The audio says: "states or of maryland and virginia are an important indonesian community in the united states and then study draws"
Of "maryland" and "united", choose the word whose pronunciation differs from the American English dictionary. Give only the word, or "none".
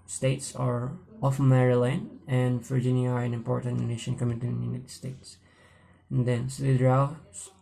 maryland